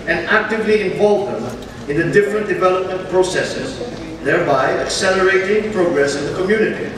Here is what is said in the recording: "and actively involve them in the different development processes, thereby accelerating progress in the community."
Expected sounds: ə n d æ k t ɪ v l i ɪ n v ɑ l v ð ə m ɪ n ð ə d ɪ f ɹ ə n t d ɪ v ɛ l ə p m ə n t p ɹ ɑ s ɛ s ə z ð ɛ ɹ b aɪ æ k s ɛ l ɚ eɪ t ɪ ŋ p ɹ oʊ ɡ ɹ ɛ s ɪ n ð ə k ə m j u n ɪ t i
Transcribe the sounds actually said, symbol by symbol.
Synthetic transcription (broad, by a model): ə n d æ k t ɪ v l i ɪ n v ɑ l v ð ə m ɪ n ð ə d ɪ f ɹ ə n t d ɪ v ɛ l ə p m ə n t p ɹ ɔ s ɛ s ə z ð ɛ ɹ b aɪ æ k s ɛ l ɚ eɪ t ɪ ŋ p ɹ oʊ ɡ ɹ ɛ s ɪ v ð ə k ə m j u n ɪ t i